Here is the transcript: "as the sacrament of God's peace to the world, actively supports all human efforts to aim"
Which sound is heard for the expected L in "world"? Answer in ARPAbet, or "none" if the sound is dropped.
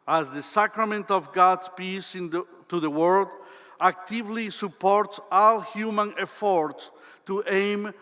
none